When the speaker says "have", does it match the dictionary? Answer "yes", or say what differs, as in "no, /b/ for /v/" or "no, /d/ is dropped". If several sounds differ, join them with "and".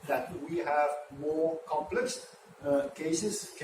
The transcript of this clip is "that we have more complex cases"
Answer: yes